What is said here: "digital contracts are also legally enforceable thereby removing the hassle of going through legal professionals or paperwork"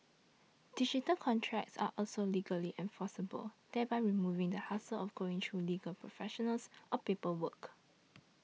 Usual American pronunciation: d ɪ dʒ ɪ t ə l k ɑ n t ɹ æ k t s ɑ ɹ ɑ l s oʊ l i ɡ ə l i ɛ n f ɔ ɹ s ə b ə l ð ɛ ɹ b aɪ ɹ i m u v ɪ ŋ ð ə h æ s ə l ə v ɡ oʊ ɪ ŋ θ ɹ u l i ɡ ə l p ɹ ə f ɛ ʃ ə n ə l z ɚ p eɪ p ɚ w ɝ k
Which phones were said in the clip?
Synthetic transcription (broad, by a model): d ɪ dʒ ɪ t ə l k ɑ n t ɹ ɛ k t s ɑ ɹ ɑ l s oʊ l i ɡ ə l i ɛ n f ɔ s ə b ə l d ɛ b aɪ ɹ i m u v ɪ ŋ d ə h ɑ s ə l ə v ɡ oʊ ɪ ŋ t ɹ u l i ɡ ə l p ɹ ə f ɛ ʃ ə n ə l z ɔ p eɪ p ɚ w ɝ k